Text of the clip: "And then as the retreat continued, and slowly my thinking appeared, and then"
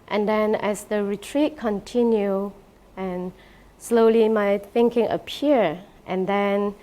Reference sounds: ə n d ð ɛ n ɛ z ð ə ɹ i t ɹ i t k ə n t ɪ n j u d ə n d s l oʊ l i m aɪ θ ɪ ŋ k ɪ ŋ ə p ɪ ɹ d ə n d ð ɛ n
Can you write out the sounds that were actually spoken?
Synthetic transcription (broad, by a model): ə n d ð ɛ n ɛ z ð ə ɹ i t ɹ i t k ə n t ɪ n j u ə n s l oʊ l i m aɪ θ ɪ ŋ k ɪ ŋ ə p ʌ ɹ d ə n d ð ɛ n